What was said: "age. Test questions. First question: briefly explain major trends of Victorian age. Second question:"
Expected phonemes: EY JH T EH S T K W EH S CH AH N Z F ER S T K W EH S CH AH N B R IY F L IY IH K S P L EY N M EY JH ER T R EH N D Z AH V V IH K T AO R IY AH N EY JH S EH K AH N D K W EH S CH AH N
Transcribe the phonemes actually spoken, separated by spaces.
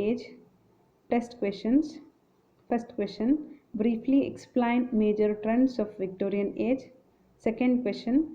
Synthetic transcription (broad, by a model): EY JH T EH S T K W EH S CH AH N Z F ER S T K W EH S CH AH N B R IY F L IY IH K S P L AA N M EY JH ER T R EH N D S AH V V IH K T AO R IY AH N EY JH S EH K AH N D K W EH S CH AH N